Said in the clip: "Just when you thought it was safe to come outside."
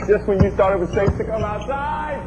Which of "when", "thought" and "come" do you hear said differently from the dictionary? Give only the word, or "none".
thought